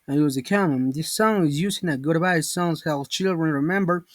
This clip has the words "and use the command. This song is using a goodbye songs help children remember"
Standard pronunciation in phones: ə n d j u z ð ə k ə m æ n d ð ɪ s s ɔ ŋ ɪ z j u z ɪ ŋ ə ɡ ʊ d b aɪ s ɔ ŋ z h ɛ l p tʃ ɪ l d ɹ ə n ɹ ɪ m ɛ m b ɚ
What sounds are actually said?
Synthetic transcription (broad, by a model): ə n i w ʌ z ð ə k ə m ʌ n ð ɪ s s ɔ ŋ ɪ z j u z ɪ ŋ ə ɡ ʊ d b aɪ s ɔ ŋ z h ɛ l tʃ ɪ l d ɹ ə n ɹ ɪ m ɛ m b ɚ